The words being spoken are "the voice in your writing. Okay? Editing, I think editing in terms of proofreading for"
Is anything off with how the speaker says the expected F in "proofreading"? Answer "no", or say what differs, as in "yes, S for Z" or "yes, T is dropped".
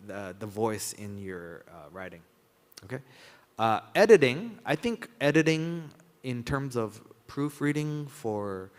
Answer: no